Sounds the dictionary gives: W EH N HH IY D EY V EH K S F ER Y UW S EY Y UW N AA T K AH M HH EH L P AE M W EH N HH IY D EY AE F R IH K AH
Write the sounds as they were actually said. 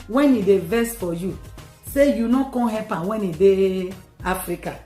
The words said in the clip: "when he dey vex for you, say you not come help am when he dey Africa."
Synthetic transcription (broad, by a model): W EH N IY D EY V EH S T F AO Y UW S EY Y UW N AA K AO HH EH P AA W EH N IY D EY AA F R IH K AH